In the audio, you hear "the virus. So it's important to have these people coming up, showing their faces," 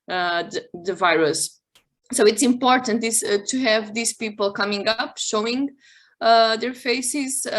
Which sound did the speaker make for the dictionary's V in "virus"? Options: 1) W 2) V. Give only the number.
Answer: 2